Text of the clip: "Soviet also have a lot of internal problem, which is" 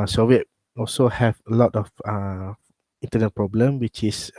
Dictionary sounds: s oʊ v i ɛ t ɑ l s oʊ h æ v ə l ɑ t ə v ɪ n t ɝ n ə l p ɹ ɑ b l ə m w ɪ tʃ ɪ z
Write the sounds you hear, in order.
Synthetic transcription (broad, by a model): s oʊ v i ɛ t ɑ l s oʊ h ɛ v ə l ɑ t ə f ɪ n t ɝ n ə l p ɹ ɑ b l ə m w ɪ tʃ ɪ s